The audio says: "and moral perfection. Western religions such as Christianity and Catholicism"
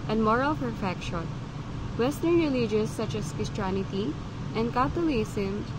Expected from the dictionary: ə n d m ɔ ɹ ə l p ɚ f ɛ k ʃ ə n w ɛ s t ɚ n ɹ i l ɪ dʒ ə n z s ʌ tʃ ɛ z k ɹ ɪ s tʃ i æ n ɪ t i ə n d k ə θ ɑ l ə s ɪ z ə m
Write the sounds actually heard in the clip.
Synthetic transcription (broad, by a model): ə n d m ɔ ɹ ə l f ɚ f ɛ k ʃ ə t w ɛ s t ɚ n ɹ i l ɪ dʒ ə z s ʌ tʃ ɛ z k ɪ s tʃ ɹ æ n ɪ t i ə n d k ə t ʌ l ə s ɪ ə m